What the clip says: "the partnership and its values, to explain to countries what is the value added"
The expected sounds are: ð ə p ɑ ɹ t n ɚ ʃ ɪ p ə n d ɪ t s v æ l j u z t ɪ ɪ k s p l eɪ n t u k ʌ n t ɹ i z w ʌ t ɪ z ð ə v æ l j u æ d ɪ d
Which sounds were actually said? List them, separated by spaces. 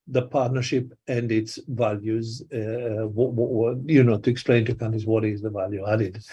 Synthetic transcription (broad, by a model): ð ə p ɑ ɹ t n ɚ ʃ ɪ p ə n d ɪ t s v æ l j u z t ɪ ɪ k s p l eɪ n t u k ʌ n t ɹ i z w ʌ t ɪ z ð ə v æ l j u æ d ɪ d